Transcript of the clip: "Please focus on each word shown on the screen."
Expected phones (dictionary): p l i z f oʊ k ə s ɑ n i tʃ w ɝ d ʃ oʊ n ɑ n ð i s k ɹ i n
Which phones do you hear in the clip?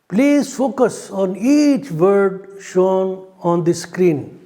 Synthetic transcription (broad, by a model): p l i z f oʊ k ə s ɑ n i tʃ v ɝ d ʃ oʊ n ɑ n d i s k ɹ i n